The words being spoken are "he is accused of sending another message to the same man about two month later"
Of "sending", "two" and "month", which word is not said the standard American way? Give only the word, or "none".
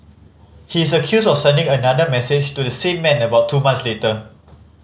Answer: month